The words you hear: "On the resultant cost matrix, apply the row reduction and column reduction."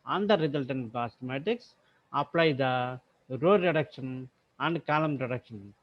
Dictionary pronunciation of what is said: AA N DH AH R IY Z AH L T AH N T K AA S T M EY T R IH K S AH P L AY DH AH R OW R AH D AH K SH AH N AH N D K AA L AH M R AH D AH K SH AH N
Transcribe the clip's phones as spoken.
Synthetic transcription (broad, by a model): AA N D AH R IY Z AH L T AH N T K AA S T M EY T IH K S AH P L AY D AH R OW R AH D AH K SH AH N AH N D K AA L AH M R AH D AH K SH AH N